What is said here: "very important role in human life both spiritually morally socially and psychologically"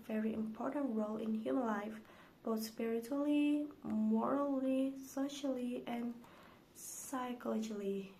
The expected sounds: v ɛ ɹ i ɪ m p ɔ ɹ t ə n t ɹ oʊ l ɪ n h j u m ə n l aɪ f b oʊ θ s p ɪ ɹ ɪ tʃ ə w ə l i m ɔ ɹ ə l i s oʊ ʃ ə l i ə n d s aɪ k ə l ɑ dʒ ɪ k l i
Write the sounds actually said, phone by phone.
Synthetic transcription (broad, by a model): v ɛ ɹ i ɪ m p ɔ ɹ t ə n t ɹ oʊ l ɪ n h j u m ə n l aɪ f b oʊ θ s p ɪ ɹ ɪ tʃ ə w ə l i m ɔ ɹ ə l i s oʊ ʃ ə l i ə n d s aɪ k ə l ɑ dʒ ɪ l i